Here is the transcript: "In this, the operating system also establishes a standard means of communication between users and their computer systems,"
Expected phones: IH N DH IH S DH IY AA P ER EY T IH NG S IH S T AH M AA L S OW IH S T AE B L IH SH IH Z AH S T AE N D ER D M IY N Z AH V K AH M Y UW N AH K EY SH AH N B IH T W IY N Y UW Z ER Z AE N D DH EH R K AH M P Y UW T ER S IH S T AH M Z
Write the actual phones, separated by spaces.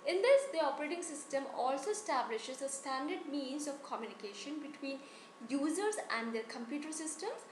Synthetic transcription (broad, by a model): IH N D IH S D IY AA P ER EY T IH NG S IH S T AH M AA L S OW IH S T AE B L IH SH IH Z AH S T AE N D ER D M IY N Z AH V K AH M Y UW N AH K EY SH AH N B IH T W IY N Y UW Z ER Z AE N D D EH R K AH M P Y UW T ER S IH S T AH M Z